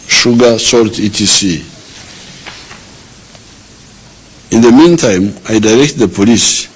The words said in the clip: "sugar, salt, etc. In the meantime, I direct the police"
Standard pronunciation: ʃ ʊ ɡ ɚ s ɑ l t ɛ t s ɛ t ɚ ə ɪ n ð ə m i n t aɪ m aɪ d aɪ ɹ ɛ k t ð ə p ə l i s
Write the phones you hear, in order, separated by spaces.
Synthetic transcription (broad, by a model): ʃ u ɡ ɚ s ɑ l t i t i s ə ɪ n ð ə m i n t aɪ m aɪ d aɪ ɹ ɛ k t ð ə p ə l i s